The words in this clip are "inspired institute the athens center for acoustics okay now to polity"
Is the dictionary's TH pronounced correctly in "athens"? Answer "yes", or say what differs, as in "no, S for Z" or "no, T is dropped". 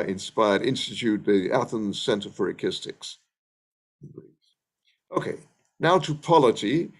yes